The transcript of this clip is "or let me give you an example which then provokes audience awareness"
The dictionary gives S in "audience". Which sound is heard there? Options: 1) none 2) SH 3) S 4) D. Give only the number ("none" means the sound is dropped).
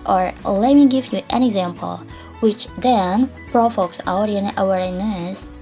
1